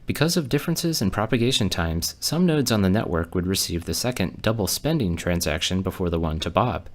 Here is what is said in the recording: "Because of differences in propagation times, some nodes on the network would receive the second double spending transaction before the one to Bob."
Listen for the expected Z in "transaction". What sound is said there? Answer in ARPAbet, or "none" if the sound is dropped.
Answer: Z